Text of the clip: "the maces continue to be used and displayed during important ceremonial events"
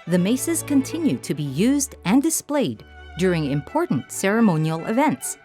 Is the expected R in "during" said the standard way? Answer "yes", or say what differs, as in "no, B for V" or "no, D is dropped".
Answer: yes